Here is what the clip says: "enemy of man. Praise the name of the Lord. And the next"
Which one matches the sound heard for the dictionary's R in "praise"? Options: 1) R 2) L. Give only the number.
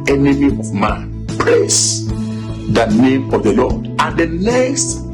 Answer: 2